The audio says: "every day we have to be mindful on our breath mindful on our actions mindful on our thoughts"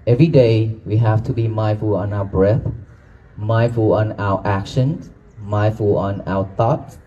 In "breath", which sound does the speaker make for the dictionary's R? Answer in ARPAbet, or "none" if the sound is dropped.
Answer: R